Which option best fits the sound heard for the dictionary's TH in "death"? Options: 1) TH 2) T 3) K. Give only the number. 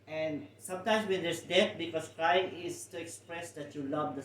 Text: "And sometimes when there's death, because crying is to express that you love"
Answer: 2